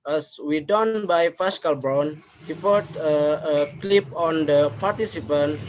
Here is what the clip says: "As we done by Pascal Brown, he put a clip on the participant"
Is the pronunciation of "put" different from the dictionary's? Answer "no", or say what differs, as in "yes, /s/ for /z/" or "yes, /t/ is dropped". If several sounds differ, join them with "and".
yes, /f/ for /p/